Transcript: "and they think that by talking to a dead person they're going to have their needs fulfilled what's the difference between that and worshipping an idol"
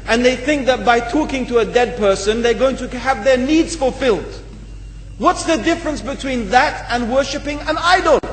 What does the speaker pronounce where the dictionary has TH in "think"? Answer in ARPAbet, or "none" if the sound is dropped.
TH